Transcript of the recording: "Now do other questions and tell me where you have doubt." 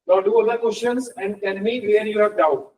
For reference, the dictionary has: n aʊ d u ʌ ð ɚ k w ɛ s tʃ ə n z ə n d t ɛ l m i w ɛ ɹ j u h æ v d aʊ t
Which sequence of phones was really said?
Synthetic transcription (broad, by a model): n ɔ d u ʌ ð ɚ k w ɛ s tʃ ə n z ə n d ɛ n m i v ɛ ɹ j u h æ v d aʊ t